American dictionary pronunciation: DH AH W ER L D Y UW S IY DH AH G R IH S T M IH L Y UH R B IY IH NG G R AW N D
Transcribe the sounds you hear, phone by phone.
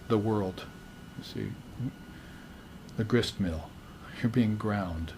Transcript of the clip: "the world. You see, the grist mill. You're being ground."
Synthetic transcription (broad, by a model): DH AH W ER L D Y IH S IY DH AH G R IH S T M IH L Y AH R B IY IH NG G R AW N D